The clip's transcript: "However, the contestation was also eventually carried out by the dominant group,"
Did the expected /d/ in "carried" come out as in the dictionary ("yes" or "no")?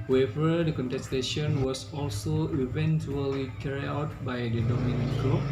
no